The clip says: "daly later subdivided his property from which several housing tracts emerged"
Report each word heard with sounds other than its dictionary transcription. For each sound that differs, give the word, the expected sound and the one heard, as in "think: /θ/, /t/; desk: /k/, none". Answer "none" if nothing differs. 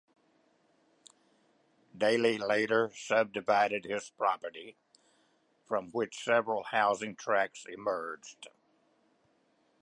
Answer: none